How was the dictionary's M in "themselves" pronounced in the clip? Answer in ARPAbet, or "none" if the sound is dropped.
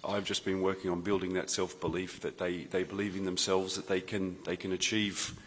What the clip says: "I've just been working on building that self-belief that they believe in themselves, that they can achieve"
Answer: M